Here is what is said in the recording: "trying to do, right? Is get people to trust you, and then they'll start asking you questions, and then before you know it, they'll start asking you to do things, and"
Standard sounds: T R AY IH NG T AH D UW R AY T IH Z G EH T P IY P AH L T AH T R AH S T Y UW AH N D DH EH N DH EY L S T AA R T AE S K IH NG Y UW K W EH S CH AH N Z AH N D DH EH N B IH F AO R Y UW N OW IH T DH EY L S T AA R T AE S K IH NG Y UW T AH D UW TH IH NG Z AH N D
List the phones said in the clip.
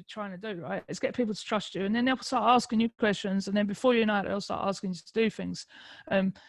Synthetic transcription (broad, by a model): T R AY IH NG T AH D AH R AY T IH S G EH T P IY P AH L T AH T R AH S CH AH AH N DH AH N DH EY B S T AA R T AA S K IH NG Y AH K W EH S CH AH N Z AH N DH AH N B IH F AO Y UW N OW IH T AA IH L S T AA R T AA S K IH NG Y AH T AH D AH TH IH NG Z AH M